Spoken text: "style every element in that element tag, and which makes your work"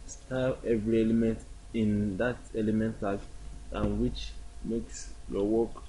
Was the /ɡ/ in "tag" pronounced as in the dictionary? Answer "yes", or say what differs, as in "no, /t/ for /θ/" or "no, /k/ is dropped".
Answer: no, /ɡ/ is dropped